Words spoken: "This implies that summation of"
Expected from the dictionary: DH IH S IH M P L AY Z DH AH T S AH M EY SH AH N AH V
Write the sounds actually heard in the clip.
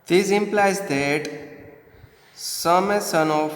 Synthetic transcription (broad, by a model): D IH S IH M P L AY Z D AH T S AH M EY S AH N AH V